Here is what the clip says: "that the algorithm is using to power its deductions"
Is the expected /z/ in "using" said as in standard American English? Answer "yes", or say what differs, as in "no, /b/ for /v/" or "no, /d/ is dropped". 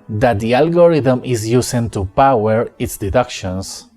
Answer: no, /s/ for /z/